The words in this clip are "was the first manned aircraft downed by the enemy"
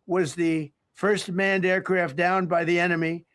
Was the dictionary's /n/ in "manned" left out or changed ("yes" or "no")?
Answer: no